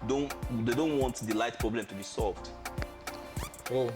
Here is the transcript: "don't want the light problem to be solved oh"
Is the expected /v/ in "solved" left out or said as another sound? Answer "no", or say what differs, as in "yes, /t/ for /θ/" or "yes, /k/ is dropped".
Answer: no